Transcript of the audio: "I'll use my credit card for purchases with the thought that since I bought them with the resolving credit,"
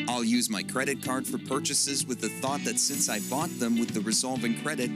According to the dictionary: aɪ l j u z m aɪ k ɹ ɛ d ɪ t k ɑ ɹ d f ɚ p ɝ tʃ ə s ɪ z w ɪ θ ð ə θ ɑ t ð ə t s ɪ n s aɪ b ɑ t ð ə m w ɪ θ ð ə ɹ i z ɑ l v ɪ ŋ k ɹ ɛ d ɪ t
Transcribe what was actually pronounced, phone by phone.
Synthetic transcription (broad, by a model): aɪ l j u z m aɪ k ɹ ɛ d ɪ t k ɑ ɹ d f ɚ p ɝ tʃ ə s ɪ z w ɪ ð ə θ ɑ t ð ə t s ɪ n s aɪ b ɑ t ð ə m w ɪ ð ə ɹ i z ɑ l v ɪ ŋ k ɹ ɛ d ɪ t